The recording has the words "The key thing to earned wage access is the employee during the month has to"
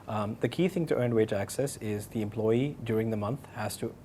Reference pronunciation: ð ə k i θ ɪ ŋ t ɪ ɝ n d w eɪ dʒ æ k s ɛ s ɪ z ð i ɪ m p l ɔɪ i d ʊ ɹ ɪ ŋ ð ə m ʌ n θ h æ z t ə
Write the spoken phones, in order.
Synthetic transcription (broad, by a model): ð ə k i θ ɪ ŋ t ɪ ɝ n w eɪ dʒ æ k s ɛ s ɪ z ð i ɪ m p l ɔɪ i d ʊ ɹ ɪ ŋ ð ə m ʌ n θ h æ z t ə